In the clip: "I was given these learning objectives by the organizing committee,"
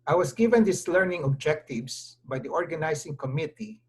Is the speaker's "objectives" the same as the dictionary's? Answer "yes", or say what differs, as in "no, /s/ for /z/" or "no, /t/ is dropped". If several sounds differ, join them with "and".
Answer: no, /s/ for /z/